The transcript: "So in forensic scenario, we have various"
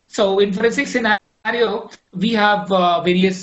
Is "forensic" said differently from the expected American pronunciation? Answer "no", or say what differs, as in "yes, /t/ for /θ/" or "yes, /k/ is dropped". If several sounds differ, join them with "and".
yes, /n/ is dropped